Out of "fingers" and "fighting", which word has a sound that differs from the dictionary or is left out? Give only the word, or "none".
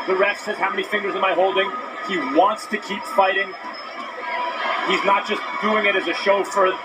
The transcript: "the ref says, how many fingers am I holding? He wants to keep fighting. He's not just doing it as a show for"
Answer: none